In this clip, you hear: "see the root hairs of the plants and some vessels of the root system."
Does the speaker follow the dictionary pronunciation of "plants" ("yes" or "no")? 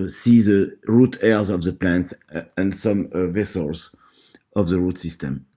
yes